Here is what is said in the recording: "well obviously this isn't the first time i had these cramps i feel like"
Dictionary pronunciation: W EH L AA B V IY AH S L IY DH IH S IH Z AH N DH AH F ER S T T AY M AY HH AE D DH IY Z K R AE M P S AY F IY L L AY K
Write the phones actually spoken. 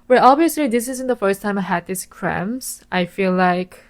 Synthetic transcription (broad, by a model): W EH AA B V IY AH S L IY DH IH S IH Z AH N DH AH F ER S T T AY M AY HH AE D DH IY S K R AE M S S AY F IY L L AY K